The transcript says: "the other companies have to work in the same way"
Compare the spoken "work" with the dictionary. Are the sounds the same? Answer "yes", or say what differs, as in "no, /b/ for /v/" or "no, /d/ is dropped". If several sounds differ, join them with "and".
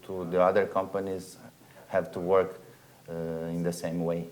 yes